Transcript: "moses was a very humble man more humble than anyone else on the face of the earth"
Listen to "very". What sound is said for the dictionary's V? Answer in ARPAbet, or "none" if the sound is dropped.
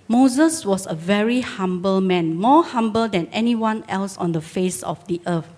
V